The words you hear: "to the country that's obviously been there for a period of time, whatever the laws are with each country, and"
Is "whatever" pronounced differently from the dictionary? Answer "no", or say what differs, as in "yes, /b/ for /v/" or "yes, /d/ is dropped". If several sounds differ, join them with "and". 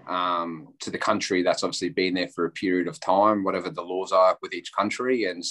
no